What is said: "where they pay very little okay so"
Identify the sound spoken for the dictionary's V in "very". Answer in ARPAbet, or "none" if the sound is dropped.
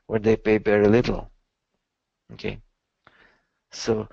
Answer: B